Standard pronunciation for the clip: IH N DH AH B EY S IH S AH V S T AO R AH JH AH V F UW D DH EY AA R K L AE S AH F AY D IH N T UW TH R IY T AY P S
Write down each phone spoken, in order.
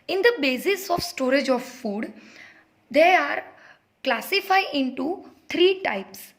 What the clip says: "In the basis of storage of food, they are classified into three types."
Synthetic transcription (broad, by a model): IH N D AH B EY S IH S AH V S T AO R AH JH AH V F UW D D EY AA R K L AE S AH F AY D IH N T UW T R IY T AY P S